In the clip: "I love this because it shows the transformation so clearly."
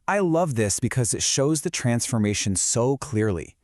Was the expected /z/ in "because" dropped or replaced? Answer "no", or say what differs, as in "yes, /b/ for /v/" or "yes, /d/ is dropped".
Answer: no